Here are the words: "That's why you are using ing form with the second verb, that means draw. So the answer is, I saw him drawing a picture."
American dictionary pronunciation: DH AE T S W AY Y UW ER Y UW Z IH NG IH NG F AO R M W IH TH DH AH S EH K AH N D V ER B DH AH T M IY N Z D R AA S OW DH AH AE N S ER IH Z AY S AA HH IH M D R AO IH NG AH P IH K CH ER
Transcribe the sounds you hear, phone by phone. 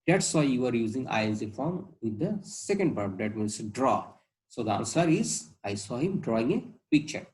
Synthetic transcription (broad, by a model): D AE T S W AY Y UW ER Y UW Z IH NG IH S F AO R M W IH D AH S EH K AH N D B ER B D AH T M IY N S D R AA S OW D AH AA N S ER IH Z AY S AA HH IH M D R AO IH NG AH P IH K CH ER